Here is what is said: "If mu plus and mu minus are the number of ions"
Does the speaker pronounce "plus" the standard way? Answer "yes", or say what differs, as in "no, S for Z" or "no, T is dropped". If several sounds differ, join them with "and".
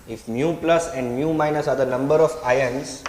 yes